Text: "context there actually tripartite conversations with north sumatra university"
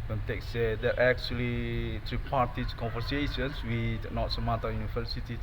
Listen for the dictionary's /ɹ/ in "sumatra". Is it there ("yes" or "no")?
no